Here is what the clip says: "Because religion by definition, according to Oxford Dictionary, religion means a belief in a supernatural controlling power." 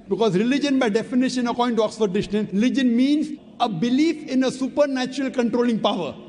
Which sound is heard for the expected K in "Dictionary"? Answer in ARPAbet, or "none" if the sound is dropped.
none